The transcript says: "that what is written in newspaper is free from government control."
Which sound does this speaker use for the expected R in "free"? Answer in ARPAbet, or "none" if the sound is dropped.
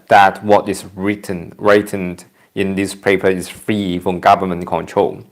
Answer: R